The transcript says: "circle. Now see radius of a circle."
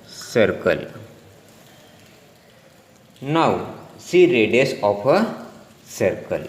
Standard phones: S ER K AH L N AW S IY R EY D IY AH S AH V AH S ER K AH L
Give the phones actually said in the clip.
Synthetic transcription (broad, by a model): S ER K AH L N AW S IY R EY D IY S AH P AH S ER K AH L